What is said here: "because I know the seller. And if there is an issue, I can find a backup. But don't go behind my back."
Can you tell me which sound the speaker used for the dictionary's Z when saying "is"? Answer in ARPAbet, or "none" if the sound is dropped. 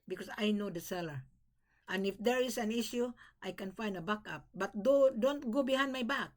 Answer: S